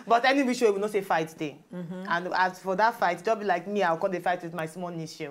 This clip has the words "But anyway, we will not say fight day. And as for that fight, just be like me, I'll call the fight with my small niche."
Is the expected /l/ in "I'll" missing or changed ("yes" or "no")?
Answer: yes